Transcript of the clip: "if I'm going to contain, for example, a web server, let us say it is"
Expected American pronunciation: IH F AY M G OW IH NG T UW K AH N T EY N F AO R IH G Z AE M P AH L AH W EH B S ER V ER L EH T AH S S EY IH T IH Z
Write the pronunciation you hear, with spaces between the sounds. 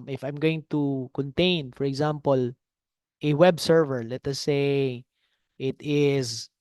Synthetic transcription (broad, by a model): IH F AY M G OW IH NG T UW K AH N T EY N F AO R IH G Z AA M P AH L AH W EH B S ER V ER L EH T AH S S EY IH T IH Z